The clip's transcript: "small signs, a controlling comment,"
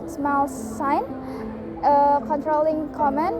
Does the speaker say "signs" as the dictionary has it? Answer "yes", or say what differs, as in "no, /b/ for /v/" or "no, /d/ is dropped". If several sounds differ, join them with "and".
no, /z/ is dropped